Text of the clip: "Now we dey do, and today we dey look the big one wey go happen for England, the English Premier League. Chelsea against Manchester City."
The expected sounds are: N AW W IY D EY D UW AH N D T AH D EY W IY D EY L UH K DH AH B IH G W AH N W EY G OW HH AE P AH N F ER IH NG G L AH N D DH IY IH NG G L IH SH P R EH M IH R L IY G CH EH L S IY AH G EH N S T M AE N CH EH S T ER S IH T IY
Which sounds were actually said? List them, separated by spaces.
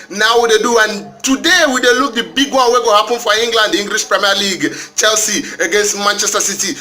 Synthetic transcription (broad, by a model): N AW W IY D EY D UW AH N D T AH D EY W IY D EY L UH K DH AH B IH G W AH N W EY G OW HH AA P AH N F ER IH NG G L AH N D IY NG G L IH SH P R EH M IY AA L IY G CH EH L S IY AH G EH N S T M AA N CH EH S T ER S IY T IY